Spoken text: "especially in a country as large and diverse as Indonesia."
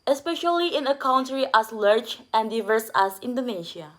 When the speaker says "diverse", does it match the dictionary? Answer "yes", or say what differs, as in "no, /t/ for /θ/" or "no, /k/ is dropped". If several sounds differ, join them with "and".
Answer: yes